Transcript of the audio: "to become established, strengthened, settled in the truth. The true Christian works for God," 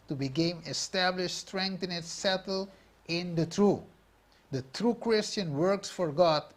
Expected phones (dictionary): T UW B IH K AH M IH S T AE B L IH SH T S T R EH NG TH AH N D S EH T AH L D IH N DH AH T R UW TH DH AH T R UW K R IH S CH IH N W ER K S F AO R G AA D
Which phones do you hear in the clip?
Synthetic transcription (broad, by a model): T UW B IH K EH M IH S T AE B L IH SH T S T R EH NG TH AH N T S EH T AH L IH N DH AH T R UW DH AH T R UW K R IH S CH IH N W ER K S F AO R G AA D